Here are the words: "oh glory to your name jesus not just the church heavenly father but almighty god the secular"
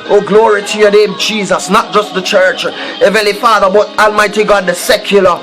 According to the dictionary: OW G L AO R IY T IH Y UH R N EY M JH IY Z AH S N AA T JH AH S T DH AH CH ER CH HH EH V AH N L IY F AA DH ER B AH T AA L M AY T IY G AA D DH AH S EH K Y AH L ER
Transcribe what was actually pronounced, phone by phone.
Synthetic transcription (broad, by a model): OW G L AO R IY T IH Y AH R N EY M JH IY Z AH S N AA T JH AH S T DH AH CH ER CH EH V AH L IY F AA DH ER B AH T AA L M AY T IY G AA D DH AH S EH K Y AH L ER